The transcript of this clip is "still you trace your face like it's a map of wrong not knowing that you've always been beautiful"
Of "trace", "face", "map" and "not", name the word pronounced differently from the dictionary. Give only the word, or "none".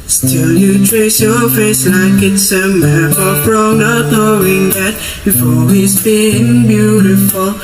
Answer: map